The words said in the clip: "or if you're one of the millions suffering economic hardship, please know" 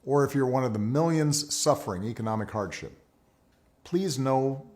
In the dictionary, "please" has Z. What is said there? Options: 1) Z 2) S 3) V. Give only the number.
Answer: 1